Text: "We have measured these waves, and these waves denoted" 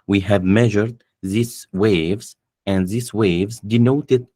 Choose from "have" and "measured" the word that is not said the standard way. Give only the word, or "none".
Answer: none